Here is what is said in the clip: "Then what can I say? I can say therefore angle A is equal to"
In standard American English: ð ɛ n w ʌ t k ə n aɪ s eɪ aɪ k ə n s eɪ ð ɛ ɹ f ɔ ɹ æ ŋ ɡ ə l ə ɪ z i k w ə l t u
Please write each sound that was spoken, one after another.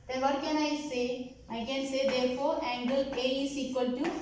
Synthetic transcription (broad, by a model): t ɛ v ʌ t k ə n aɪ s eɪ aɪ k ə n s eɪ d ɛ ɹ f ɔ ɹ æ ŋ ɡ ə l ə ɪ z i k w ə l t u